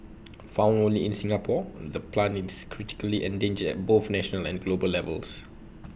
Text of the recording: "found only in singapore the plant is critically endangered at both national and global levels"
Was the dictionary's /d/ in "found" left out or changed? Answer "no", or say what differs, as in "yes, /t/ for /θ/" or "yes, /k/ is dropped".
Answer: yes, /d/ is dropped